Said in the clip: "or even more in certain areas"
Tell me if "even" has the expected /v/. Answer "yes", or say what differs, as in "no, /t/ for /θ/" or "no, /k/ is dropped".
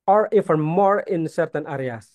no, /f/ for /v/